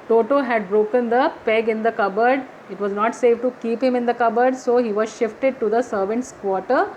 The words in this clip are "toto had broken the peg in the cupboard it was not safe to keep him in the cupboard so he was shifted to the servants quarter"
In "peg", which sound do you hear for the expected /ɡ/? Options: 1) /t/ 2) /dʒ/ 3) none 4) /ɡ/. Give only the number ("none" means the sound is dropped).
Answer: 4